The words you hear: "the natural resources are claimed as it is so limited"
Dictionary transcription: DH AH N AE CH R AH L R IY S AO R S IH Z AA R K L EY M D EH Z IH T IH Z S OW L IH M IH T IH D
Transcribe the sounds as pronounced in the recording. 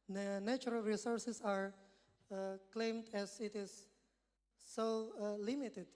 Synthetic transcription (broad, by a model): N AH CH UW R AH L R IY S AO R S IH S AA R K L EY M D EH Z IH T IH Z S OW L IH M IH T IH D